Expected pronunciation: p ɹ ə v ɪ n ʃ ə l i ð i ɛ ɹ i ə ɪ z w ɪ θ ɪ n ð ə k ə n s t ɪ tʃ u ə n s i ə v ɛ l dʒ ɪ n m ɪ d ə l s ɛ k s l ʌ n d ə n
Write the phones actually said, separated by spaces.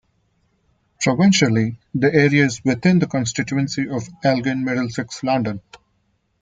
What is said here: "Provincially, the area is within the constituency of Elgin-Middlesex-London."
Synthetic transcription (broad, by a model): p ɹ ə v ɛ n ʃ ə l i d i ɛ ɹ i ə ɪ z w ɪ t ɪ n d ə k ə n s t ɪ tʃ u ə n s i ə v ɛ l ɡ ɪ n m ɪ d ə l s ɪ k s l ʌ n d ə n